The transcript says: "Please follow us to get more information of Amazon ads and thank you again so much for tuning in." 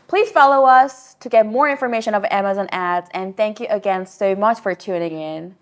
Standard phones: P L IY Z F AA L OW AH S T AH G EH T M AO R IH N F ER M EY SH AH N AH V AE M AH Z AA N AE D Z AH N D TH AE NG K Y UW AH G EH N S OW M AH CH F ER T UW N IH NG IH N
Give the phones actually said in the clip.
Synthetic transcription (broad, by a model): P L IY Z F AA L OW AH S T AH G EH T M AO R IH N F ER M EY SH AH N AH V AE M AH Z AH N AE D Z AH N TH AE NG K Y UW AH G EH N S OW M AH CH F ER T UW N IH NG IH N